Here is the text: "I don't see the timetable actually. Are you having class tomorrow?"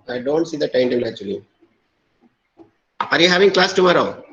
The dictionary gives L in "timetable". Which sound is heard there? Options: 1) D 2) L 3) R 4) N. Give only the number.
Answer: 4